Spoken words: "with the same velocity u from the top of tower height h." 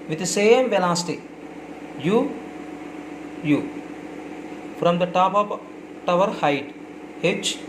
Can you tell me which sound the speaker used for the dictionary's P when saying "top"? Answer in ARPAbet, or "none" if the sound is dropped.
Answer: P